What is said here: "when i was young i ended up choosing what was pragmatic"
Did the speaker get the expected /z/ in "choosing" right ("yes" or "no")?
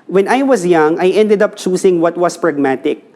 no